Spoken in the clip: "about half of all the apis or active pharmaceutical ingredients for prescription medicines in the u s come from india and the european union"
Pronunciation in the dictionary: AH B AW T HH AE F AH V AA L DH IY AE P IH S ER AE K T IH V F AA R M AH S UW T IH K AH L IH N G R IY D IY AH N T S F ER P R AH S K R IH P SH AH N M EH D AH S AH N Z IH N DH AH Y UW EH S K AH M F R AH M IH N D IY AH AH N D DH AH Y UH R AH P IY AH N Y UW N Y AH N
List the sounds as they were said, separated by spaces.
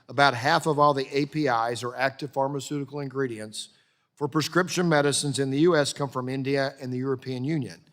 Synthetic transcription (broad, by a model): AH B AW T HH AE F AH V AA L DH IY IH P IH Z ER AE K T IH V F AA R M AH S UW T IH K L IH N G R IY D IY AH N T S F ER P R AH S K R IH P SH AH N M EH D AH S AH N Z IH N DH AH Y UW EH S K AH M F R AH M IH N D IY AH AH N DH AH Y UH R AH P IY AH N Y UW N Y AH N